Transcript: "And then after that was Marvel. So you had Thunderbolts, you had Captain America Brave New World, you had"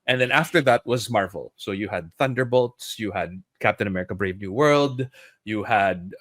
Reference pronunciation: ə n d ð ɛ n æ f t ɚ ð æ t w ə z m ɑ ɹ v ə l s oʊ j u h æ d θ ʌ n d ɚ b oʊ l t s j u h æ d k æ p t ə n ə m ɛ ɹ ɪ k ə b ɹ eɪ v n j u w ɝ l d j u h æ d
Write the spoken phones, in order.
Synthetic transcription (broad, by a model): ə n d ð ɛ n æ f t ɚ ð æ t w ə z m ɑ ɹ v ə l s oʊ j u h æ d θ ʌ n d ɚ b oʊ l t s j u h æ d k æ p t ə n ə m ɛ ɹ ɪ k ə b ɹ eɪ v n j u w ɝ l d j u h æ d